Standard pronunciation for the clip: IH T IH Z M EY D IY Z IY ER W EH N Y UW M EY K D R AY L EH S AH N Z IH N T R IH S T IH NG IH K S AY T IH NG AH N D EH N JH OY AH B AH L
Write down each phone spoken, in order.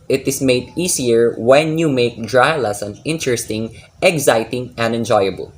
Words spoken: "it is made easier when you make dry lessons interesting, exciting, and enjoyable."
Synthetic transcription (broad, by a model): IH T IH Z M EY D IY S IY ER W EH N Y UW M EY K D R AY L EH S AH N IH N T R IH S T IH NG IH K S AY T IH NG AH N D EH N JH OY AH B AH L